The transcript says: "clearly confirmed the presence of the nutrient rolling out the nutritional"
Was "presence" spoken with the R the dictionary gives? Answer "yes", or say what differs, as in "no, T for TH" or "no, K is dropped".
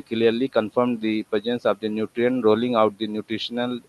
no, R is dropped